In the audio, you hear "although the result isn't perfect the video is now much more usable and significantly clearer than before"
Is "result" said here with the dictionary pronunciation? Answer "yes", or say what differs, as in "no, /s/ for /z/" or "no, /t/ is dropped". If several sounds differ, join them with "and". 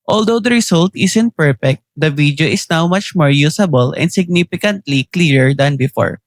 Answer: no, /s/ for /z/